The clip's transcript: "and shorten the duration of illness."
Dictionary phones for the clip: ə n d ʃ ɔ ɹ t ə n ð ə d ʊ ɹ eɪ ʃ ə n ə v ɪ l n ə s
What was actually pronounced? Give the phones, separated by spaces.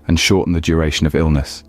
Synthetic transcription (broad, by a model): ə n ʃ ɔ t n ð ə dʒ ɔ ɹ eɪ ʃ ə n ə v ɪ l n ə s